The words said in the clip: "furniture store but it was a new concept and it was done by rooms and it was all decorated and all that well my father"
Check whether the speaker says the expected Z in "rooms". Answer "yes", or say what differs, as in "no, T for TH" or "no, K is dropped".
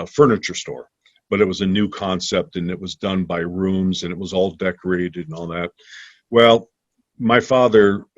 yes